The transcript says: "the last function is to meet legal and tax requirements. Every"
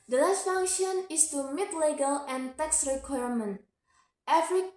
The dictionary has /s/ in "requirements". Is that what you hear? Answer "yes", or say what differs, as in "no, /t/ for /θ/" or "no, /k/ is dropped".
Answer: no, /s/ is dropped